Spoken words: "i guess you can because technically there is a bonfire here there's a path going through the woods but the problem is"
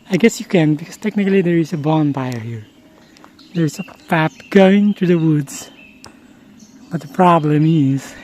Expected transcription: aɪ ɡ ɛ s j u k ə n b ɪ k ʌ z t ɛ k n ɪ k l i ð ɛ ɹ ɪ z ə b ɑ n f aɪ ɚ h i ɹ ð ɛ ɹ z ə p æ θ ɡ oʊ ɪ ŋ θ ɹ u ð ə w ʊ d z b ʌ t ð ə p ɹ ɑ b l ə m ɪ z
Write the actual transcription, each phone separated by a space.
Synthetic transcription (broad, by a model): aɪ ɡ ɛ s j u k ə n b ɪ k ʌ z t ɛ k n ɪ k l i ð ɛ ɹ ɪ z ə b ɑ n p aɪ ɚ h i ɹ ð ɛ ɹ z ə f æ t ɡ oʊ ɪ ŋ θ ɹ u ð ə w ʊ d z b ʌ t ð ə p ɹ ɑ b l ə m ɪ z